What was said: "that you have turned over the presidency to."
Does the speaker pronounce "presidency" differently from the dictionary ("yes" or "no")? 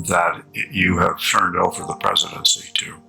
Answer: no